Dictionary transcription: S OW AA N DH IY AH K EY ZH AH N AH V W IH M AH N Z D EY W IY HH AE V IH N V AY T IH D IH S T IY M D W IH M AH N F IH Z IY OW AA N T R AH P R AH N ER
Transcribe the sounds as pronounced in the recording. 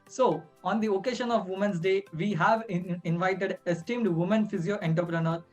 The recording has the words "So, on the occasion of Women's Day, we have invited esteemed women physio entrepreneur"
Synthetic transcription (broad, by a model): S OW AA N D IY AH K EY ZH AH N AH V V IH M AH N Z D EY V IY HH AE V IH N V AY T IH D IH S T IY M D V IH M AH N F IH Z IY OW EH N T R P R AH N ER